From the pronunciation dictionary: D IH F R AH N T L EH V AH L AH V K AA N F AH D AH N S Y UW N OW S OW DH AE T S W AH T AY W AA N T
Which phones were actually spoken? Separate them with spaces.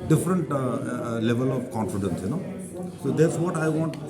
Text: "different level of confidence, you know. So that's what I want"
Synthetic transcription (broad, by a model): D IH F R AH N T L EH V AH L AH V K AA N F AH D AH N S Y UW N OW S OW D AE T S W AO T AY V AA N T